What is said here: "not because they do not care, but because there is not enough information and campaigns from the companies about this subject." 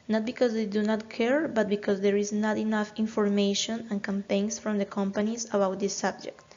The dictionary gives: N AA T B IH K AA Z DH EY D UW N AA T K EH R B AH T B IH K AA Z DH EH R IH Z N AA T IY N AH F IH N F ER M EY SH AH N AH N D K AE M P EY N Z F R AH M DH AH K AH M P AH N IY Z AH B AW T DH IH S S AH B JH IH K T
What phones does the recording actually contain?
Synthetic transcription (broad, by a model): N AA T B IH K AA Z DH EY D UW N AA T K EH R B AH T B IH K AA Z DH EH R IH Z N AA T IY N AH F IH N F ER M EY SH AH N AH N K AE M P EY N S F R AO M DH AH K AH M P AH N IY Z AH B AW T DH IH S S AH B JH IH K T